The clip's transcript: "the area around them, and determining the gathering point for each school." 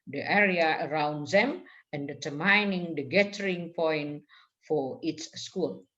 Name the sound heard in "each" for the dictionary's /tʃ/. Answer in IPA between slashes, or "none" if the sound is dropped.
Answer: /s/